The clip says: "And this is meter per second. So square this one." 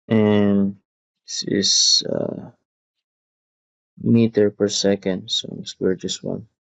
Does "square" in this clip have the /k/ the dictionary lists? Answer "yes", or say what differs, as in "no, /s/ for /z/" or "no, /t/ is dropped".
no, /k/ is dropped